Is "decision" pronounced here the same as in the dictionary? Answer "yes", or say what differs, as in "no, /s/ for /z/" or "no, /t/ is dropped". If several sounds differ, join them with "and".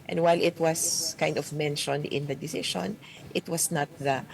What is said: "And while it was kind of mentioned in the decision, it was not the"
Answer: no, /ʃ/ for /ʒ/